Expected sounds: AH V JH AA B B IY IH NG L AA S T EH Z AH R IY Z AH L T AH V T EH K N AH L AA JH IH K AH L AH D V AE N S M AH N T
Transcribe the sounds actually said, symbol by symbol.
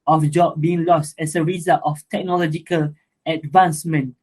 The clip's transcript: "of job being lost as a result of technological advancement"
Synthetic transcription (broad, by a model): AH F JH AA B B IY IH NG L AA S T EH S AH R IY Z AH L T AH F T EH K N AH L AA JH IH K AH L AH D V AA N S M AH N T